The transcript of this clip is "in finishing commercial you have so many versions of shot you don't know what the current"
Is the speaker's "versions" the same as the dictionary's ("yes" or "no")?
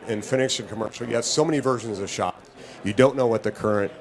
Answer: yes